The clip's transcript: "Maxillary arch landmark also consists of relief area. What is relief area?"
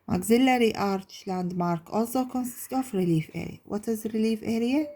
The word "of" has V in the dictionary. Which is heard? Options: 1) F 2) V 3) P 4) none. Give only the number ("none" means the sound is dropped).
1